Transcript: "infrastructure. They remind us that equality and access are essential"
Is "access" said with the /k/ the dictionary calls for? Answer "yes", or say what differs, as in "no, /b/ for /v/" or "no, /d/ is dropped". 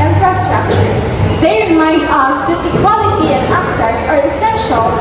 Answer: yes